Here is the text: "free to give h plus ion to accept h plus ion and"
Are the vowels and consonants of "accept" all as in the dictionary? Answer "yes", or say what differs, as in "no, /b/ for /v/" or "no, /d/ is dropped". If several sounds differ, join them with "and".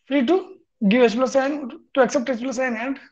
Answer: yes